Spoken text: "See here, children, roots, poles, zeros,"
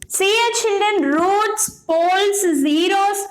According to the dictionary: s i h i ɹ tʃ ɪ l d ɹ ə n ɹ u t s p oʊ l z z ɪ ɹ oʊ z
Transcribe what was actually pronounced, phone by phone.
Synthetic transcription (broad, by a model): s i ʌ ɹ tʃ ɪ l d ɹ ə n ɹ u t s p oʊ l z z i ɹ oʊ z